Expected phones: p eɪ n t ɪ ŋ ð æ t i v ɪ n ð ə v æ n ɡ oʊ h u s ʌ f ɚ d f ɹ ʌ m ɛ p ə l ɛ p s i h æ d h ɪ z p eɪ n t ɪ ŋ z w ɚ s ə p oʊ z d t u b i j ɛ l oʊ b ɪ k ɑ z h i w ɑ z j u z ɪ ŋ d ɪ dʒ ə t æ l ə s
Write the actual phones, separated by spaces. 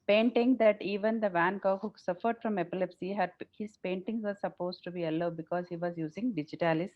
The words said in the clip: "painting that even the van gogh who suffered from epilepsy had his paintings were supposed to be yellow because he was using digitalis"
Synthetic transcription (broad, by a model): p eɪ n t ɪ ŋ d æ t i v ɪ n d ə v æ n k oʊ h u s ʌ f ɚ d f ɹ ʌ m ɛ p ə l ɛ p s i h æ d h ɪ z p eɪ n t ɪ ŋ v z s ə p oʊ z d t u b i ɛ l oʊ b ɪ k ɑ z h i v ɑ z j u z ɪ ŋ d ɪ dʒ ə t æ l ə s